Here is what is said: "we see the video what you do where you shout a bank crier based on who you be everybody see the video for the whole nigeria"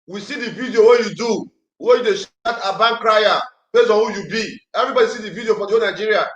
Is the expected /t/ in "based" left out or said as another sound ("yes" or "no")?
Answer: yes